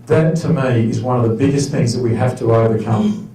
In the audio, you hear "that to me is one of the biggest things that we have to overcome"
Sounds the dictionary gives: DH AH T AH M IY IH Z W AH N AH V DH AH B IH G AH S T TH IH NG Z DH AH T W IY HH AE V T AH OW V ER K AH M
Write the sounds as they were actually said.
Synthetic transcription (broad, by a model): DH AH T AH M IY IH Z W AH N AH V DH AH B IH G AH S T TH IH NG Z DH AH T W IY HH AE F T AH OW V ER K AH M